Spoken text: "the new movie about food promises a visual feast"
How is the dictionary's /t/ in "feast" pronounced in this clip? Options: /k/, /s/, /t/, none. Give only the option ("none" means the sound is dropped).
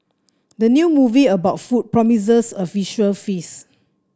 none